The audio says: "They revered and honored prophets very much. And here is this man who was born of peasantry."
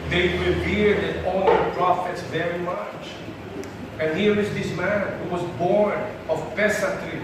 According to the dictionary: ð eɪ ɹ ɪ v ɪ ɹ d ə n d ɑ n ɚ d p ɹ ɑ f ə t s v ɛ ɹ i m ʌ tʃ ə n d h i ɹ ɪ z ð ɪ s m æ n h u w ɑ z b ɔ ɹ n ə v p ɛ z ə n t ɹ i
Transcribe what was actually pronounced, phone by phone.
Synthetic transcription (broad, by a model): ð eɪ w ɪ b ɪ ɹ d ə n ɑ l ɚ p ɹ ɑ f ə t s v ɛ ɹ i m ʌ tʃ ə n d h i ɹ ɪ z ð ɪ s m æ n h u w ɑ z b ɔ ɹ n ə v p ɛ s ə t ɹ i